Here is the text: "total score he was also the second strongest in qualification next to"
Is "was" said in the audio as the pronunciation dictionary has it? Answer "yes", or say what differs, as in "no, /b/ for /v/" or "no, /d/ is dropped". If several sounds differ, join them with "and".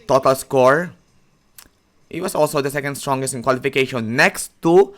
no, /s/ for /z/